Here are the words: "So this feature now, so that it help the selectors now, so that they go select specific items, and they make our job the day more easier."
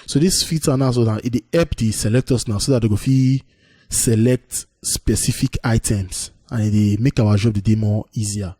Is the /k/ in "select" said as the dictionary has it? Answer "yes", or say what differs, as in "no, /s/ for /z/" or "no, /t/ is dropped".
yes